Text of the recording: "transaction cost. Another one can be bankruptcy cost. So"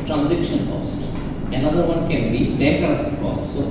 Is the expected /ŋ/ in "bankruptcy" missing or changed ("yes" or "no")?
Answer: yes